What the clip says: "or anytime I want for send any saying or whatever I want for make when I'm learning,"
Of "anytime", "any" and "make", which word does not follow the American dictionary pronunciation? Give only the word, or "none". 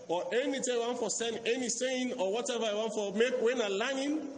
anytime